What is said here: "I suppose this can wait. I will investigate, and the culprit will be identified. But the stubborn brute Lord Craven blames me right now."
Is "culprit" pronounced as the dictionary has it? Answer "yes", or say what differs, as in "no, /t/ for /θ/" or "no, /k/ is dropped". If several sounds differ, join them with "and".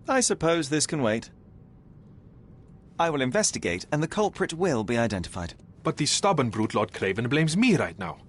yes